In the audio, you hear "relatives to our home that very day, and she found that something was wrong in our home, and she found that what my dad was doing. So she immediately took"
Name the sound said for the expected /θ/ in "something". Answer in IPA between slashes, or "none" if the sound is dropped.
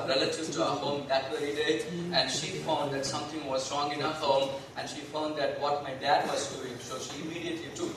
/t/